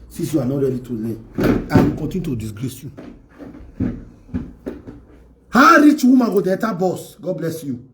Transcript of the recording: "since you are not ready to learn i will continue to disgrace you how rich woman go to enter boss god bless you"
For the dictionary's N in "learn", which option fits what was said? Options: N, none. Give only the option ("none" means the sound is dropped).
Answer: none